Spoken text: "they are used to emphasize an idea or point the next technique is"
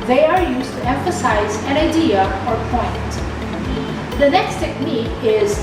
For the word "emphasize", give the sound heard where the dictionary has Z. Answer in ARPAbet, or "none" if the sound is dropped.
Z